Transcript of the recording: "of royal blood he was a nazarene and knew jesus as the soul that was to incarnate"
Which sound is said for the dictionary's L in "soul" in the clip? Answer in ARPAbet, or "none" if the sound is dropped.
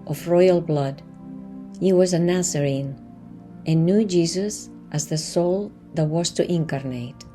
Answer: L